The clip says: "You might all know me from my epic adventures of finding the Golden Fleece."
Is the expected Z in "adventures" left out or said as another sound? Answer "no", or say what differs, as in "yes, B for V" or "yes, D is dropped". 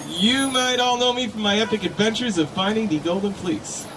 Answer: no